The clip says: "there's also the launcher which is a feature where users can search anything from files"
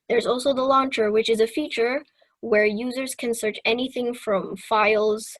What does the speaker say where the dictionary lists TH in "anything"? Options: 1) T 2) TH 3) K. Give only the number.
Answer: 2